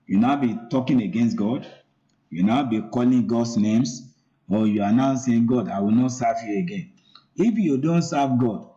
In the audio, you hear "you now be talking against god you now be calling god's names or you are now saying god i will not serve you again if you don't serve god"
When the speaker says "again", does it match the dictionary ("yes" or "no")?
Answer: yes